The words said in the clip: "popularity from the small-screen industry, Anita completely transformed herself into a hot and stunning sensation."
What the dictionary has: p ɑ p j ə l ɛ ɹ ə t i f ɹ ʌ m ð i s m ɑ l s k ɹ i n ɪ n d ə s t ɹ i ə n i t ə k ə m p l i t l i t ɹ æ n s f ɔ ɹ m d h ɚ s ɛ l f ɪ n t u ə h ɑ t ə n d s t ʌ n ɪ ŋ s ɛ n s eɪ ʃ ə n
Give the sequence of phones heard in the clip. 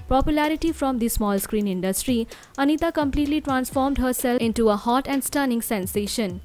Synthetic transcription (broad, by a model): p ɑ p j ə l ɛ ɹ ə t i f ɹ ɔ m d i s m ɑ l s k ɹ i n ɪ n d ə s t ɹ i ə n i t ə k ə m p l i t l i t ɹ æ n s f ɔ ɹ m d h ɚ s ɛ l ɪ n t u ə h ɑ t ə n d s t ʌ n ɪ ŋ s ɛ n s eɪ ʃ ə n